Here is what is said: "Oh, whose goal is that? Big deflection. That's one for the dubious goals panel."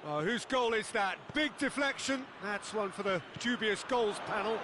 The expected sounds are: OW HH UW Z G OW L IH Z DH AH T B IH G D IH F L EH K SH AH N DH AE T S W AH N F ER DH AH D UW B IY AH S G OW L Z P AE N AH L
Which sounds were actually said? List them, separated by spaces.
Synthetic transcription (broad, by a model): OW HH UW Z G OW L IH Z DH AH T B IH G D IH F L EH K SH AH N DH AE T S W AH N F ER DH AH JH UW B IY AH S G OW L Z P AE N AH L